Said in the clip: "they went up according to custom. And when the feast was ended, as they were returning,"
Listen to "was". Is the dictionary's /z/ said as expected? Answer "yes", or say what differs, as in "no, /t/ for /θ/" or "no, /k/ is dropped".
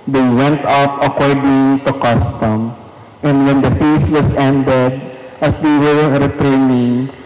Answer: no, /s/ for /z/